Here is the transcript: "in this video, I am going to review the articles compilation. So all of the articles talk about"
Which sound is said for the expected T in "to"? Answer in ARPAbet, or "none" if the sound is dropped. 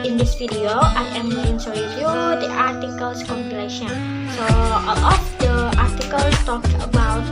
S